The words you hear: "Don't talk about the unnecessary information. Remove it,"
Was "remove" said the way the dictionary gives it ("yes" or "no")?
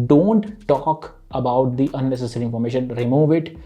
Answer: yes